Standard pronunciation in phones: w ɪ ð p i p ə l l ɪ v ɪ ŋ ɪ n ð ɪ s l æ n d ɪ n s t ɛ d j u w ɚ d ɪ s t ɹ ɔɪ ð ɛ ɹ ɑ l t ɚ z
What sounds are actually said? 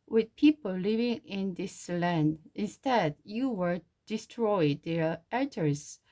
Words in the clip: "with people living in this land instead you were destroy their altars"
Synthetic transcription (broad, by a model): w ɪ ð p i p ə l l ɪ v ɪ ŋ ɪ n ð ɪ s l æ n d ɪ n s t ɛ d j u w ɚ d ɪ s t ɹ ɔɪ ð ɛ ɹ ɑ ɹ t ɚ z